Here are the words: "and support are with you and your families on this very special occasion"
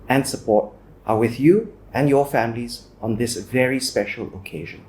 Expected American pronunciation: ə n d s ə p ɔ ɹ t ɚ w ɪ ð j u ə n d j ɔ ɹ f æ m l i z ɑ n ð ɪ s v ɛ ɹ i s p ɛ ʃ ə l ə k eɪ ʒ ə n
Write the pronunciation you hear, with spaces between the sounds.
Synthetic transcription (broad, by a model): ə n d s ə p ɔ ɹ t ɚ w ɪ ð j u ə n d j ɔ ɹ f æ m l i z ɑ n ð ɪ s v ɛ ɹ i s p ɛ ʃ ə l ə k eɪ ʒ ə n